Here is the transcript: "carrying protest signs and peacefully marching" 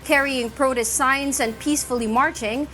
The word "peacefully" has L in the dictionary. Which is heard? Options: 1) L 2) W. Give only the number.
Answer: 1